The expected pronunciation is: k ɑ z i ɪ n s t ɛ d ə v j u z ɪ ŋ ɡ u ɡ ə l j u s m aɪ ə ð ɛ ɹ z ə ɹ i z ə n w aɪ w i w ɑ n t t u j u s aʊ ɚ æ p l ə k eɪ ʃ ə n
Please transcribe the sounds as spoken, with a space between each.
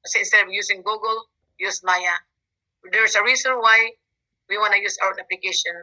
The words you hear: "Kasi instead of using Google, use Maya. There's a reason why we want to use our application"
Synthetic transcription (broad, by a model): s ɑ ɪ n s t ɛ d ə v j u s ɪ ŋ ɡ u ɡ ə l j u s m aɪ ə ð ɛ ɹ s ə ɹ i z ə n w aɪ w i w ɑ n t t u j u s aʊ ɚ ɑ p l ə k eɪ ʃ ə n